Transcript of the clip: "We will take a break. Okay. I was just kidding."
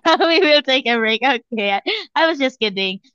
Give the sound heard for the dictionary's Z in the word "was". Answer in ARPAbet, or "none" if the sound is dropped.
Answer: Z